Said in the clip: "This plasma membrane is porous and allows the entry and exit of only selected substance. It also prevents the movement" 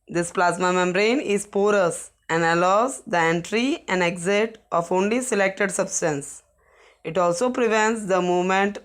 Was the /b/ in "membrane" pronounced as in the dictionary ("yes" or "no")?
no